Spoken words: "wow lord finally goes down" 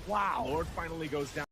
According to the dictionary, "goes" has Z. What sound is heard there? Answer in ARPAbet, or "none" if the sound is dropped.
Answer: Z